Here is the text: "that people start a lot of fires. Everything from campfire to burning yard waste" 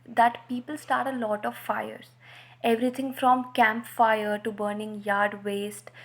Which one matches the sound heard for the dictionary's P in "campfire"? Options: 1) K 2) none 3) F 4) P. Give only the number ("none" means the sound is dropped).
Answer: 4